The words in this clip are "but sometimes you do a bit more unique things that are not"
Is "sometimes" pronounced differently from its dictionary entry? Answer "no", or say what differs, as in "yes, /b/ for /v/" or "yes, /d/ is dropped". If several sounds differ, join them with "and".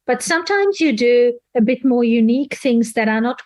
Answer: no